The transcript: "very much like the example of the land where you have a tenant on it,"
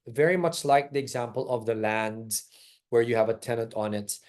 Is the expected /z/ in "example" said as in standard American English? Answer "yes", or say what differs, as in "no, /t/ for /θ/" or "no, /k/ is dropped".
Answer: yes